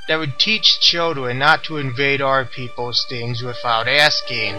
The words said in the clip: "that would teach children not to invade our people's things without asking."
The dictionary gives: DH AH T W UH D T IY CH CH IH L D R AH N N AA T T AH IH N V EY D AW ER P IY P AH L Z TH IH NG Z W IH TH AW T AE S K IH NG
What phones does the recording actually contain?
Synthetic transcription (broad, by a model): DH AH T W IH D T IY CH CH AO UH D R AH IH N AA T T AH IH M V EY D AW ER P IY P L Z TH IH NG Z W IH TH AW T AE S K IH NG